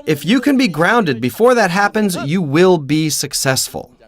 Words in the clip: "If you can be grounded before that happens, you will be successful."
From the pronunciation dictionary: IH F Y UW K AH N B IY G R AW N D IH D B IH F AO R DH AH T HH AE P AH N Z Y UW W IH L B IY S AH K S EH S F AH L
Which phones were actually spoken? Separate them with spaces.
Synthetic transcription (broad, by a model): IH F Y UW K AH N B IY G R AW N D IH D B IH F AO R DH AH T HH AE P AH N Z Y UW W IH L B IY S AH K S EH S F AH L